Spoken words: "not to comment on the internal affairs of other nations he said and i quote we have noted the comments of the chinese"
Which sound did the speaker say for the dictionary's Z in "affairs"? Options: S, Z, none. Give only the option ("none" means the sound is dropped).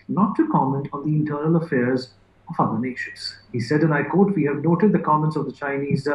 Z